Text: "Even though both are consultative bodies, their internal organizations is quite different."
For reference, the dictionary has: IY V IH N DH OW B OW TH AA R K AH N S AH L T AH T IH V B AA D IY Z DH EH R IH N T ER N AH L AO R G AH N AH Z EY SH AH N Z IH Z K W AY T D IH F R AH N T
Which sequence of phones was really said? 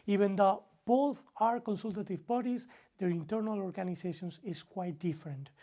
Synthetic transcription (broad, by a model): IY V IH N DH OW B OW TH AA R K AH N S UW L T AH T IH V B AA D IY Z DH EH R IH N T ER N AH L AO R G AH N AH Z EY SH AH N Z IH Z K W AY T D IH F R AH N T